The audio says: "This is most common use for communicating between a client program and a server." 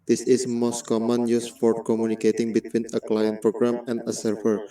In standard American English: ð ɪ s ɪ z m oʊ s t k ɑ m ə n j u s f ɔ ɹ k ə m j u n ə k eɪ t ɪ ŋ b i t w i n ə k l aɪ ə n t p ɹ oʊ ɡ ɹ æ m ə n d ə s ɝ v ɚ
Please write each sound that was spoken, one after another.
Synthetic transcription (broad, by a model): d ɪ s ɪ s m oʊ s t k ɑ m ə n j u s p ɔ ɹ k ə m j u n ə k eɪ t ɪ ŋ b i t w i n ə k l aɪ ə n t p ɹ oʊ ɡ ɹ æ m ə n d ə s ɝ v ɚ